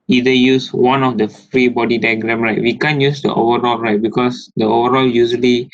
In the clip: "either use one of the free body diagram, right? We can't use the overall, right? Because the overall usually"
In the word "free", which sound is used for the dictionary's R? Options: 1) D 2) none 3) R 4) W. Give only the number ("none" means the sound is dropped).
3